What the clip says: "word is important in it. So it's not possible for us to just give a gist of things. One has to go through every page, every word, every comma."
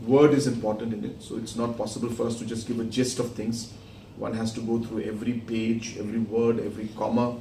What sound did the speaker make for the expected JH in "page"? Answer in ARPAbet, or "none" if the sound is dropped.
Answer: JH